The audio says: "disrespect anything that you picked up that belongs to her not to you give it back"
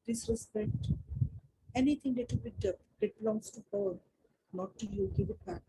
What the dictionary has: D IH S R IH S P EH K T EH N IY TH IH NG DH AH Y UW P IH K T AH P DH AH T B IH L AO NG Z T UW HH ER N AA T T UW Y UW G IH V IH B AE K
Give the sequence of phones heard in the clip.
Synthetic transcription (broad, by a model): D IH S R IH S P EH K T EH N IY T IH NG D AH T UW B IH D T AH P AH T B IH L AO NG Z T UW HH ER N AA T T UW Y UW G IH V IH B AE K